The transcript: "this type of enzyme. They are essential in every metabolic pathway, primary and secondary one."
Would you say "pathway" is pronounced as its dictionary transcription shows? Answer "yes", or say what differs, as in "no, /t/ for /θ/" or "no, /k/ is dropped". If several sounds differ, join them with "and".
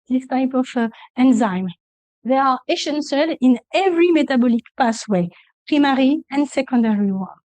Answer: no, /s/ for /θ/